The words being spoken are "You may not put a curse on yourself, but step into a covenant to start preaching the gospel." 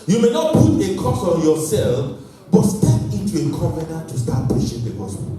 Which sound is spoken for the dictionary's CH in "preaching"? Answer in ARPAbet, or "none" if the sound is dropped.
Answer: SH